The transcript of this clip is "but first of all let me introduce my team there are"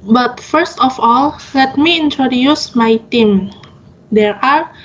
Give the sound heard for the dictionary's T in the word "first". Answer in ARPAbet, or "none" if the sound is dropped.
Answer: T